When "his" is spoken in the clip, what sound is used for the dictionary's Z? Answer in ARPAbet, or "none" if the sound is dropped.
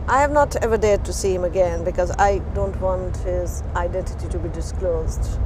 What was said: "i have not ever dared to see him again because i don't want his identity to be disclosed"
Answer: Z